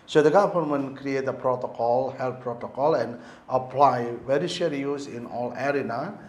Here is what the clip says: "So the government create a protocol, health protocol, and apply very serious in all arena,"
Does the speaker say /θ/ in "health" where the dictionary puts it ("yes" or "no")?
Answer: no